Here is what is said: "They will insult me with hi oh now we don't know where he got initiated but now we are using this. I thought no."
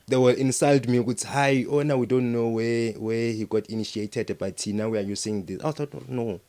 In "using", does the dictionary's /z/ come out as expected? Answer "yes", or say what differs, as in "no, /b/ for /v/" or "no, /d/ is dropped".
no, /s/ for /z/